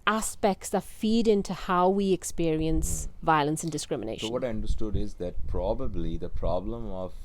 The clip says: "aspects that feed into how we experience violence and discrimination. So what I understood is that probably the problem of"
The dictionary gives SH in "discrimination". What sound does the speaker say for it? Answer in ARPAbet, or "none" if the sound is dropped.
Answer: none